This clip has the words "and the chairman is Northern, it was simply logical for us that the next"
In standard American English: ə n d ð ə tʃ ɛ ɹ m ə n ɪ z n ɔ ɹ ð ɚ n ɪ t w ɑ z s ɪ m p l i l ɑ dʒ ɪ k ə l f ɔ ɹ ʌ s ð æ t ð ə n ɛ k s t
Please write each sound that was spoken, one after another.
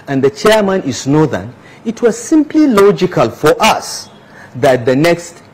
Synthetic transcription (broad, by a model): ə n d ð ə tʃ ɛ ɹ m ə n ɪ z n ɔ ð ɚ n ɪ t w ɑ z s ɪ m p l i l ɑ dʒ ɪ k ə l f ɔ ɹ ʌ s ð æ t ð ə n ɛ k s t